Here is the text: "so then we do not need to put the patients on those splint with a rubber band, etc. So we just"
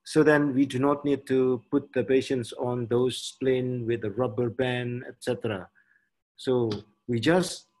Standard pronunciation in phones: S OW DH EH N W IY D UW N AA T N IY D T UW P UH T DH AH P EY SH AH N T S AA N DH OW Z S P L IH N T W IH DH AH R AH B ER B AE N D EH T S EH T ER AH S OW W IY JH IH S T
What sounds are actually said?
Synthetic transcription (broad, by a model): S OW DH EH N W IY D UW N AA T N IY D T UW P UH T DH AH P EY SH AH N T S AA N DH OW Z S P L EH N W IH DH AH R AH B ER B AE N EH T S EH T ER AH S OW W IY JH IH S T